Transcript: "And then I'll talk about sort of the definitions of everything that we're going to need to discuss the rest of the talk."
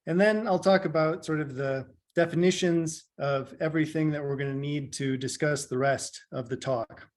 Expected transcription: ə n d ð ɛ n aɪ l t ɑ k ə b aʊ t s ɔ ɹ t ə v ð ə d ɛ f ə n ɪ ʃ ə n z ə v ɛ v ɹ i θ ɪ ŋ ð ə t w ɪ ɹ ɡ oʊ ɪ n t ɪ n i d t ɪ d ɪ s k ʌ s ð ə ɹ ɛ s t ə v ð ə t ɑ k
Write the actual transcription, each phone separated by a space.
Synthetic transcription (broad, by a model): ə n ð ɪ n aɪ l t ɑ k ə b aʊ t s ɔ ɹ t ə v ð ə d ɛ f ə n ɪ ʃ ə n z ə v ɛ v ɹ i θ ɪ ŋ ð ə t w ɪ ɹ ɡ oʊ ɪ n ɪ n i d t ɪ d ɪ s k ʌ s ð ə ɹ ɛ s t ə v ð ə t ɑ k